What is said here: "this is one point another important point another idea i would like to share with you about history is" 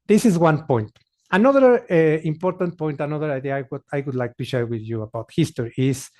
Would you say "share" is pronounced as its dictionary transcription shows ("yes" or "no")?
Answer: yes